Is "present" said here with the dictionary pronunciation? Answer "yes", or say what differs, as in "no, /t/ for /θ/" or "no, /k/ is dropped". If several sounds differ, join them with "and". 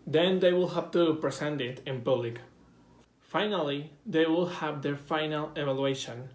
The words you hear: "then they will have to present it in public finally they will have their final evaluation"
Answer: no, /s/ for /z/